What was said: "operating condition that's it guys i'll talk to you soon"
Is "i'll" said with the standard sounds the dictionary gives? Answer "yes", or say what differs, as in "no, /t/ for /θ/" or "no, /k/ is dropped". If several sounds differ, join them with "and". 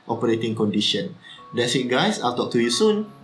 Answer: yes